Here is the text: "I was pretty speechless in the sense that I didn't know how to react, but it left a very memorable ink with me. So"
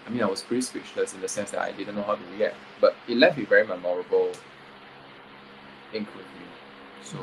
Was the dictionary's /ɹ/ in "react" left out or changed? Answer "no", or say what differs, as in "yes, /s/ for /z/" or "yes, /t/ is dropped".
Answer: yes, /w/ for /ɹ/